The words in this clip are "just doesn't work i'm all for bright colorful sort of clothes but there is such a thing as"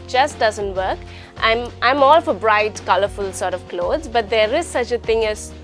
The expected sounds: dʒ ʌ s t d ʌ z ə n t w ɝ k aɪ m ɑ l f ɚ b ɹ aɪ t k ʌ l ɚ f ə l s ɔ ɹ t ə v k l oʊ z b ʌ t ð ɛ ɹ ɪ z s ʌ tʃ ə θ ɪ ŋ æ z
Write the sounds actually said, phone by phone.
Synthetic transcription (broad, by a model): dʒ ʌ s t d ʌ z ə n t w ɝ k aɪ m ɑ l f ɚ b ɹ aɪ t k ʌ l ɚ f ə l s ɔ ɹ t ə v k l oʊ z b ʌ t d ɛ ɹ ɪ z s ʌ tʃ ə t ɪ ŋ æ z